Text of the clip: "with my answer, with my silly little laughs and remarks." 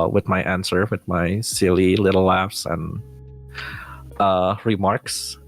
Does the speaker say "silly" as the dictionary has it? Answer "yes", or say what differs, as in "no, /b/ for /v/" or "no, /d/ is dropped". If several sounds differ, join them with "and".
yes